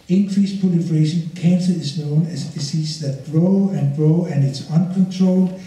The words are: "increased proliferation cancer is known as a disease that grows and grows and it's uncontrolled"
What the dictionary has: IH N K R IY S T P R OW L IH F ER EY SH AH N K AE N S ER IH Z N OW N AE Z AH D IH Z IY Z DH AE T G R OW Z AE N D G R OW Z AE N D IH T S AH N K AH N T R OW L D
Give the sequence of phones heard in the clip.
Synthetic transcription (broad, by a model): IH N K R IY S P OW L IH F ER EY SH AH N K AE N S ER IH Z N OW N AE S AH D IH S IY S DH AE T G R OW AE N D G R OW AE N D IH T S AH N K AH N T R OW L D